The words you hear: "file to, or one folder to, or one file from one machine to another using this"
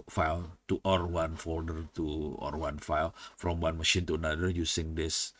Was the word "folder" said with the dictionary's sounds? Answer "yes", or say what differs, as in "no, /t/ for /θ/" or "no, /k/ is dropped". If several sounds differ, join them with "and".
yes